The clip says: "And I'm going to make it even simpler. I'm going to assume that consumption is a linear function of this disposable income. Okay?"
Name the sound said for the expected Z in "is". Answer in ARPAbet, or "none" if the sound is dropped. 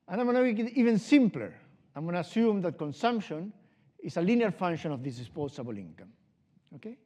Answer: S